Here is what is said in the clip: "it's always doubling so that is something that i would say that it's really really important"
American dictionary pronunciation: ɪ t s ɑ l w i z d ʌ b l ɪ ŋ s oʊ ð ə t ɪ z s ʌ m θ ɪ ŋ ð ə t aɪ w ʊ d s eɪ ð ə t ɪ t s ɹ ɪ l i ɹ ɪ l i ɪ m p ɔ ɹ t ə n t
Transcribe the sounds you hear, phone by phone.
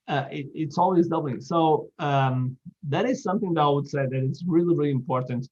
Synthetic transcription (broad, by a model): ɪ t s ɑ l w i z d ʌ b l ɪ s oʊ ð ə t ɪ z s ʌ m θ ɪ ŋ ð ə t aɪ w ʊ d s eɪ ð ə t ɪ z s ɹ ɪ l i ɹ ɪ l i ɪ m p ɔ ɹ t n t